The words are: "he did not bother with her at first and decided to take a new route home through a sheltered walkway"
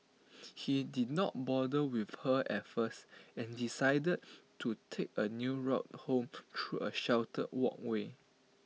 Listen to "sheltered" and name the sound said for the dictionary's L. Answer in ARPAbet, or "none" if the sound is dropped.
W